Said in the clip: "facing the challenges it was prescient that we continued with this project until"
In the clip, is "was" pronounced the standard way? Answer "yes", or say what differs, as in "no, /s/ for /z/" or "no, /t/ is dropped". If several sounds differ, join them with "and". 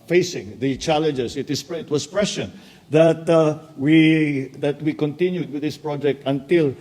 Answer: no, /s/ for /z/